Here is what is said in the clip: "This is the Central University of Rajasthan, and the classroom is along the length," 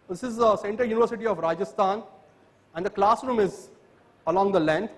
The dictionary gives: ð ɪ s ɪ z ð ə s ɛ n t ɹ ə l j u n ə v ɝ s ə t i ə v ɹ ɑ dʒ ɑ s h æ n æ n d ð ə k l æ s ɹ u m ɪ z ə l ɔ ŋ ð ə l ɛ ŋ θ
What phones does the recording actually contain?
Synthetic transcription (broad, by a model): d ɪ s ɪ z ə s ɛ n t ə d j u n ə v ɝ s ə t i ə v ɹ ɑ dʒ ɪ s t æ n æ n d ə k l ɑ s ɹ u m ɪ z ə l ɔ ŋ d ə l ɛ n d